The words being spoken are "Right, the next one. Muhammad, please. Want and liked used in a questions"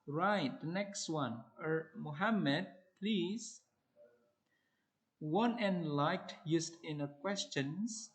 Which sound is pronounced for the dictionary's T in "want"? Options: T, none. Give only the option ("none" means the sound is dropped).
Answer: none